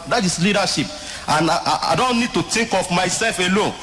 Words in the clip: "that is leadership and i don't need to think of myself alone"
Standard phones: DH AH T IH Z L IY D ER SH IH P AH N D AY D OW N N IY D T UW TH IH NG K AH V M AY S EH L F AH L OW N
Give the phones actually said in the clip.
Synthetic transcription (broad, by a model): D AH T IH S L IY D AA SH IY P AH N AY D OW N N IY D T UW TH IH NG K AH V M AY S EH L F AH L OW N